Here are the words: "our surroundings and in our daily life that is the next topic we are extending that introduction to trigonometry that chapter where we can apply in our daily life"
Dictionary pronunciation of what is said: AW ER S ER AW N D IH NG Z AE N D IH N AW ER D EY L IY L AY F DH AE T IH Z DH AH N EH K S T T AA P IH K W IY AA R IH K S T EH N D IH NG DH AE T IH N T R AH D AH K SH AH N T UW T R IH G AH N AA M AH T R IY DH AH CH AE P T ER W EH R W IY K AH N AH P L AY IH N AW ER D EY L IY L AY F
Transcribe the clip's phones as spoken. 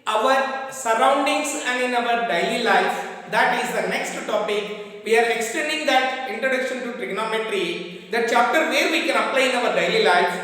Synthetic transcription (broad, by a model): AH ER S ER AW N D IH NG S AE N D IH N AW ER D EY L IY L AY F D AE T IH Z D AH N EH K S T T AA P IH K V IY AA R IH K S T EH N D IH NG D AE T IH N T R AH D AH K SH AH N T UW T R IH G N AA M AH T R IY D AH CH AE P T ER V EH R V IY K AH N AH P L AY IH N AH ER D EY L IY L AY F